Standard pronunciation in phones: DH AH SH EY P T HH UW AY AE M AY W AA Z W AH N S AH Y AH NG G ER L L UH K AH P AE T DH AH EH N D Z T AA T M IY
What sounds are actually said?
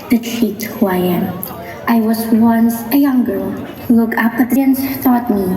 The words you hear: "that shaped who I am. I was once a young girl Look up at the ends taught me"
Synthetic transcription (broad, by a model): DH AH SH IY T HH UW AY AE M AY W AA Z W AH N S AH Y AH NG G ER L L UH K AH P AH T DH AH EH N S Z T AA T M IY